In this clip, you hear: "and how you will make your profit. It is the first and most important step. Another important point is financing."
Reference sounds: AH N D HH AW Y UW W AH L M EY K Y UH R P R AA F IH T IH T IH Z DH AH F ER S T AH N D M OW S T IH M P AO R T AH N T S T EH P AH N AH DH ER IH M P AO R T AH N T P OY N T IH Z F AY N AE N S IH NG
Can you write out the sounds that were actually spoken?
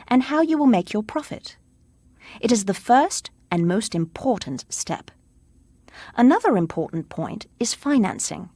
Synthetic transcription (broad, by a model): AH N HH AW Y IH W AH L M EY K Y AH R P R AA F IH T IH T IH Z DH AH F ER S T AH N M OW S T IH M P AO R T N T S T EH P AH N AH DH ER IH M P AO R T N P OY N T IH Z F AY N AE N S IH NG